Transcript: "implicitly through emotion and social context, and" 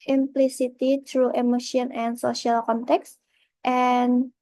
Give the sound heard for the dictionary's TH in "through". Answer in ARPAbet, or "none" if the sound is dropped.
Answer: T